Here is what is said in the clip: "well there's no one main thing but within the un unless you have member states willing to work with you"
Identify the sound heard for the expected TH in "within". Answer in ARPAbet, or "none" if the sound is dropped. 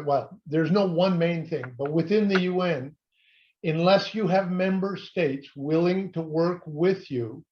TH